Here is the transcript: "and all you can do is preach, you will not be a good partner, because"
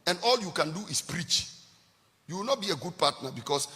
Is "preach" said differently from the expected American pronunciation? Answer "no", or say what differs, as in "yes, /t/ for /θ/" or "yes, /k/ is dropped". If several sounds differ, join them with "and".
no